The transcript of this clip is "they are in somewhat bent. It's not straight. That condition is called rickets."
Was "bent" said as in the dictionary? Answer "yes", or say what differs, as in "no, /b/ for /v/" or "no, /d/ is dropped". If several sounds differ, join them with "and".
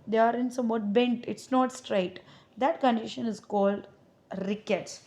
yes